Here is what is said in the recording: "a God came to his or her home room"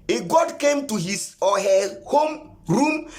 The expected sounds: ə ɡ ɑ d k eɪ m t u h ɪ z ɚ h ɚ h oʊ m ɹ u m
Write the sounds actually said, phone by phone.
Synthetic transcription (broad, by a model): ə ɡ ɑ d k eɪ m t u h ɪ s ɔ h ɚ h oʊ m ɹ u m